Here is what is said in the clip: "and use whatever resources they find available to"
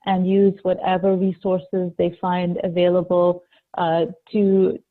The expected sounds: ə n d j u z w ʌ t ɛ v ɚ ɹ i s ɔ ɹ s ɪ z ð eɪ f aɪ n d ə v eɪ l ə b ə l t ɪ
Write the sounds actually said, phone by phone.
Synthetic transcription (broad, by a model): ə n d j u z w ʌ t ɛ v ɚ ɹ i s ɔ ɹ s ɪ z ð eɪ f aɪ n d ə v eɪ l ə b ə l t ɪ